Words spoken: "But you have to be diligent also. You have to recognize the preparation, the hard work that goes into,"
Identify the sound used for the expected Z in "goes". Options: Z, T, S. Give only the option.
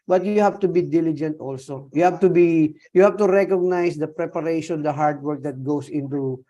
S